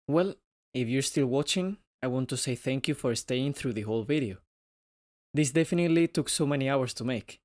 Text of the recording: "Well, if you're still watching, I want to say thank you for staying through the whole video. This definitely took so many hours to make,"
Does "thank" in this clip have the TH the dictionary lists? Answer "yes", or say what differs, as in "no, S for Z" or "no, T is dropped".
yes